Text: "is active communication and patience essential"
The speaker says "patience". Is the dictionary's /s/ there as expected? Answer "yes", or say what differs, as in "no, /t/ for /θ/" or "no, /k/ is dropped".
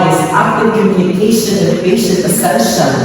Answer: no, /s/ is dropped